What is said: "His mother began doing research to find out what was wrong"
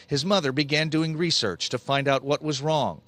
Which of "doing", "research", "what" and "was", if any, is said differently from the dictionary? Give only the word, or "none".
none